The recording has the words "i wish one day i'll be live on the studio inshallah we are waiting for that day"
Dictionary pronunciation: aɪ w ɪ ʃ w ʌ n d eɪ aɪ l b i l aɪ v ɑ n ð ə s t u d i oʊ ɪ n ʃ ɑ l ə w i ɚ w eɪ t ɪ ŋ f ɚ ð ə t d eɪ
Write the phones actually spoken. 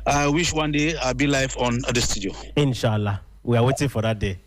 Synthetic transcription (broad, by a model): aɪ w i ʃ w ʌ n d eɪ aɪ b i l aɪ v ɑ n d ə s t u d i oʊ ɪ n ʃ ɑ l ə w i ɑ w eɪ t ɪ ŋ f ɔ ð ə t d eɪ